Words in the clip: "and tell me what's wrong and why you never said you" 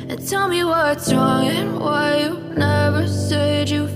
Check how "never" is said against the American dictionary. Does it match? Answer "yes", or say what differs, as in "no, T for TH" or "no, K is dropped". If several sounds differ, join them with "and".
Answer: yes